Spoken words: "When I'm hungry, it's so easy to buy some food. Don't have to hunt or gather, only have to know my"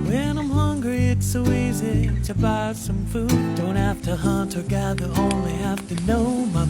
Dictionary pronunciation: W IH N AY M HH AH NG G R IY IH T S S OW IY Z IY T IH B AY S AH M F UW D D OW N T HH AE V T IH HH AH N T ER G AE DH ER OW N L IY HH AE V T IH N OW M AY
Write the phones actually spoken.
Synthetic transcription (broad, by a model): W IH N AY M HH AH NG G R IY IH T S S OW IY Z IY T IH B AY S AH M F UW D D OW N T HH AE F T IH HH AH N T ER G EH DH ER OW N L IY HH AE F T IH N OW M AY